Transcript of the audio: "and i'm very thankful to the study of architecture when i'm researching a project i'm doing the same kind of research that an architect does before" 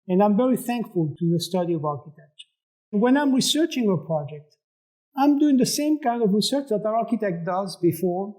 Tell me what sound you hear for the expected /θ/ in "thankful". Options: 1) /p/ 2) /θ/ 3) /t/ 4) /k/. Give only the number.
2